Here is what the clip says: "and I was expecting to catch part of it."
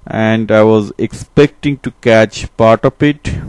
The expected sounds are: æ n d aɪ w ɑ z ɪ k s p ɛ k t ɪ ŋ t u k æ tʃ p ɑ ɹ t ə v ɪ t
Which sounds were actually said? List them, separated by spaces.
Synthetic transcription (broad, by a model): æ n d aɪ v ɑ z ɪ k s p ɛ k t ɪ ŋ t u k æ tʃ p ɑ ɹ t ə p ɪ t